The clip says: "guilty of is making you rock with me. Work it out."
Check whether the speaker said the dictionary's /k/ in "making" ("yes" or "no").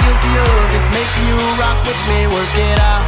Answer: no